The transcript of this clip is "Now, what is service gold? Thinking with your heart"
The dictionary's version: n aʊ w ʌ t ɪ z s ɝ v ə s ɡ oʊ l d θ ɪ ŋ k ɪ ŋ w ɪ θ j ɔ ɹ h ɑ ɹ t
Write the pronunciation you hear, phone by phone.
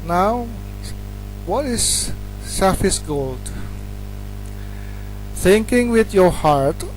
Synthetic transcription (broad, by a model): n aʊ w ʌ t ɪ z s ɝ f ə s ɡ oʊ l d θ ɪ ŋ k ɪ ŋ w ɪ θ j ɔ ɹ h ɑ ɹ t